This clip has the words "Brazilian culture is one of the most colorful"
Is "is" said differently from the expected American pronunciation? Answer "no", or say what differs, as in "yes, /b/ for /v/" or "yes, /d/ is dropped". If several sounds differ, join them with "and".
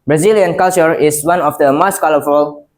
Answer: yes, /s/ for /z/